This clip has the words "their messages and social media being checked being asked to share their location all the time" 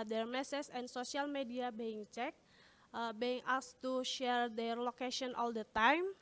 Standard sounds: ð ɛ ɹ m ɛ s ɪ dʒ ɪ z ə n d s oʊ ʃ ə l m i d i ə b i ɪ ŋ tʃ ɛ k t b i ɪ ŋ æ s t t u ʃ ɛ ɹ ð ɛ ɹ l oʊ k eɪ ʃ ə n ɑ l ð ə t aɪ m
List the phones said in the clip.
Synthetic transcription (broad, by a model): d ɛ ɹ m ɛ s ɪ s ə n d s oʊ s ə l m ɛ d i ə b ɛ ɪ ŋ tʃ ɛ k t b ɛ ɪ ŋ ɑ s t t u ʃ ɛ ɹ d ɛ ɹ l oʊ k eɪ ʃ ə n ɑ l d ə t aɪ m